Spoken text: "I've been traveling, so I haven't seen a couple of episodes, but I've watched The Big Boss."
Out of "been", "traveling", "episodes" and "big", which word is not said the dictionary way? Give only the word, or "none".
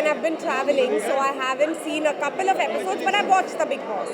none